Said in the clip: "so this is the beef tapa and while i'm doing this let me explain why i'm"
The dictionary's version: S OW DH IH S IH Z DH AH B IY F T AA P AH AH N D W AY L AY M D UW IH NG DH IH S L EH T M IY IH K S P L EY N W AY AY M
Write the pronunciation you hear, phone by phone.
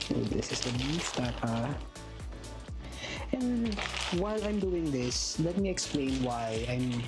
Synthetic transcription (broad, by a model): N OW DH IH S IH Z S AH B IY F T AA AH AH N D W AY L AY M D UW IH NG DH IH S L EH T M IY IH K S P L EY N W AY AY M